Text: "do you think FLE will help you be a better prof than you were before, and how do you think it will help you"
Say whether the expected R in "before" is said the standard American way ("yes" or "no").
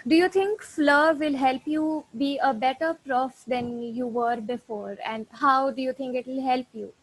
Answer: yes